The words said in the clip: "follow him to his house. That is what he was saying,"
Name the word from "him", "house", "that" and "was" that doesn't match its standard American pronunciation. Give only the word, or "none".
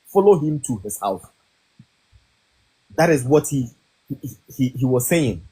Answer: house